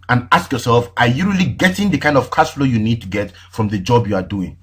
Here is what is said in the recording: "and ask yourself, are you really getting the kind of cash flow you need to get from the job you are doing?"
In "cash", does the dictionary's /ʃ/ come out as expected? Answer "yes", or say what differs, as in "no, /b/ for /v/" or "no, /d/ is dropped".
no, /s/ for /ʃ/